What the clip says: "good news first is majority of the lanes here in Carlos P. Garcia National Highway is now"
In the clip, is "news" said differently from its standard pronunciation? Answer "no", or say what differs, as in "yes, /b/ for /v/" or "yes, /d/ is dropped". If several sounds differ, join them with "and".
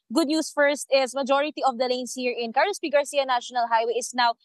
yes, /s/ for /z/